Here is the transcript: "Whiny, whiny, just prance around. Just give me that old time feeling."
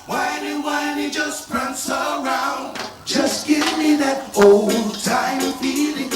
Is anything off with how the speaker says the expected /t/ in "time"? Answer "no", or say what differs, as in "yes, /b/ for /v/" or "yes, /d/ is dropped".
no